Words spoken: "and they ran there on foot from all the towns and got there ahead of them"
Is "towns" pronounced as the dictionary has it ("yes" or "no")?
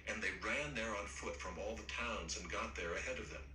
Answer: yes